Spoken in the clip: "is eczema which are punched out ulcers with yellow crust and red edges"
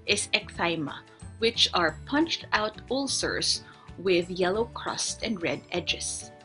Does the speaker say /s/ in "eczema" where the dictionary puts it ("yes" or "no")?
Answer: no